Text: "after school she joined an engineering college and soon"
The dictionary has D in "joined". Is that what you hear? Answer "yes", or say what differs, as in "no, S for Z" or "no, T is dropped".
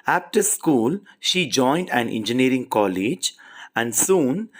yes